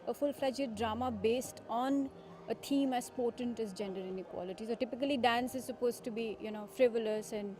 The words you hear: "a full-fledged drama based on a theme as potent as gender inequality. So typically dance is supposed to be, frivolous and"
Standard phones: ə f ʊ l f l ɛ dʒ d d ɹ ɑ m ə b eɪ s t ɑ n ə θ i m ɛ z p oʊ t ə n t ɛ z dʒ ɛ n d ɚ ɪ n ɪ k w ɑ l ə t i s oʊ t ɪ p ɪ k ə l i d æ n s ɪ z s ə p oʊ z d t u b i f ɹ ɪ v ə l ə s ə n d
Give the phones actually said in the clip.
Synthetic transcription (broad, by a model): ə f ʊ l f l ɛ dʒ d d ɹ ɑ m ə b eɪ s t ɑ n ə t i m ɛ s p oʊ t ə n t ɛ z dʒ ɛ n d ɚ ɪ n ɪ k w ɑ l ə t i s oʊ t ɪ p ɪ k ə l i d æ n s ɪ z s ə p oʊ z t u b i f ɹ ɪ v ə l ə s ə n d